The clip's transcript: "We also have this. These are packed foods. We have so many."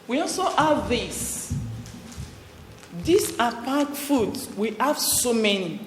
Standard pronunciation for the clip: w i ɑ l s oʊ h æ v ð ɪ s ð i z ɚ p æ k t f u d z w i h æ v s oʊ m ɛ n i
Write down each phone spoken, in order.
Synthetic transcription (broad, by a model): w i ɑ l s oʊ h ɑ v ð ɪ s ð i s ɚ p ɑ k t f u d w i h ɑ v s oʊ m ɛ n i